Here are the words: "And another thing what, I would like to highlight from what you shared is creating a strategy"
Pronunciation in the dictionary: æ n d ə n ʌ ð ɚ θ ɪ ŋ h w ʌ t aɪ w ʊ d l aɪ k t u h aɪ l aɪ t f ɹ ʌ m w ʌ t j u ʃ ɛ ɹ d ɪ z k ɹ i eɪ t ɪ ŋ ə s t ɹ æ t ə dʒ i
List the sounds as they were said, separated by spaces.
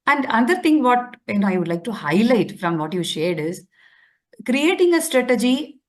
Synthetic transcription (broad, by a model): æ n d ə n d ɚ t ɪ ŋ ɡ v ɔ t aɪ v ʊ d l aɪ k t u h aɪ l aɪ t f ɹ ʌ m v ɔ t j u ʃ ɛ ɹ d ɪ z k ɹ i eɪ t ɪ ŋ ə s t ɹ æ t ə dʒ i